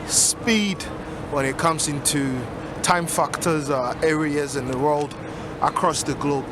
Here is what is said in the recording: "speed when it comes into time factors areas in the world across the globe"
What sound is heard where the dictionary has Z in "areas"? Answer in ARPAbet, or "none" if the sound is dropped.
Z